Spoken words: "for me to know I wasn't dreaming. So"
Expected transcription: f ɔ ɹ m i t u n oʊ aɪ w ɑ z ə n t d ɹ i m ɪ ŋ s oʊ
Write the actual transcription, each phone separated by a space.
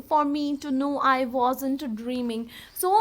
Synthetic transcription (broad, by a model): f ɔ ɹ m i t u n oʊ aɪ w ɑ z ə n t d ɹ i m ɪ ŋ s oʊ